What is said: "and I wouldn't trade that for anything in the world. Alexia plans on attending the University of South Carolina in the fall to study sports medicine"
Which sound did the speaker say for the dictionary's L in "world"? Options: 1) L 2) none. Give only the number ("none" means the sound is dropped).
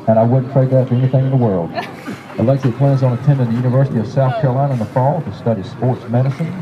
1